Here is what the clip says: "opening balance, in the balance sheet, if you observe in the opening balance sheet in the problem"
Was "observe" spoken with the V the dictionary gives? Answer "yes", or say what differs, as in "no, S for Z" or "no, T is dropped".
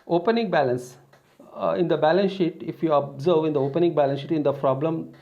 yes